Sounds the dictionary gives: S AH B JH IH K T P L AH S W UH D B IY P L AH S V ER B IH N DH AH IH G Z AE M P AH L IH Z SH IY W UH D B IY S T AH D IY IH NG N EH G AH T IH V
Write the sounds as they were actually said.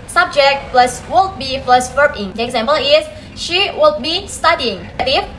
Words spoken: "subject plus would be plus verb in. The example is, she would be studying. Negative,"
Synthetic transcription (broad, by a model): S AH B JH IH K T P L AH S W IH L B IY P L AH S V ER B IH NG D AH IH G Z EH M P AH L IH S SH IY W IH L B IY S T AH D IY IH NG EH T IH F